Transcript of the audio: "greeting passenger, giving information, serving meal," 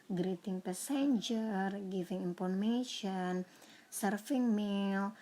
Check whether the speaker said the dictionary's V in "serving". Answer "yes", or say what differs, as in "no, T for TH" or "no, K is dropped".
no, F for V